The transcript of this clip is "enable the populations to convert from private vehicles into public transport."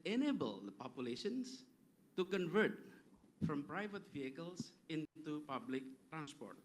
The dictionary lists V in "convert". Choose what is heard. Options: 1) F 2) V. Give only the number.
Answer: 2